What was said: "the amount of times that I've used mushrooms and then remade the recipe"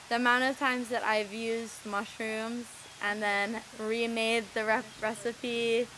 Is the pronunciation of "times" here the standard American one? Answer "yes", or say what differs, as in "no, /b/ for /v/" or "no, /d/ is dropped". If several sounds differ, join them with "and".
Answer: yes